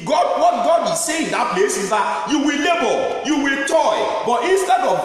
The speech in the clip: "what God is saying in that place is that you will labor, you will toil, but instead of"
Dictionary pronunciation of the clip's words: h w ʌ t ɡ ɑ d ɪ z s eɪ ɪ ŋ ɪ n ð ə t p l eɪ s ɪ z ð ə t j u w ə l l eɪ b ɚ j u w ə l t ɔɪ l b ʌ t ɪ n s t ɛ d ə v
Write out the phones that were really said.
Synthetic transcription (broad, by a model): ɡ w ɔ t ɡ ɑ d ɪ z s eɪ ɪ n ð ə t p l eɪ s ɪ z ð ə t j u w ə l l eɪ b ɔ j u w ə l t ɔɪ b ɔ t ɪ n s t ɛ d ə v